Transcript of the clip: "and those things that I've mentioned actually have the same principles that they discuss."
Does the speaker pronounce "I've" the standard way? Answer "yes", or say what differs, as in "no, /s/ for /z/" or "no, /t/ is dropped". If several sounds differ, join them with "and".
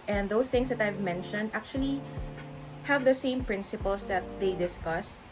yes